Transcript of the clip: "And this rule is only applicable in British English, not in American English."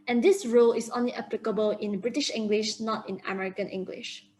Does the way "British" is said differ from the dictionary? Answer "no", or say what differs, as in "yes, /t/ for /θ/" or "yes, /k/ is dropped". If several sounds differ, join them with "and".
no